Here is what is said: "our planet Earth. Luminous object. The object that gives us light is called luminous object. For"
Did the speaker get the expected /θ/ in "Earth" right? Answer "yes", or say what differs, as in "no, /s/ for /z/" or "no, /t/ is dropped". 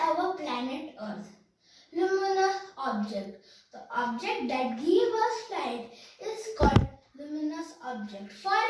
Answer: no, /t/ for /θ/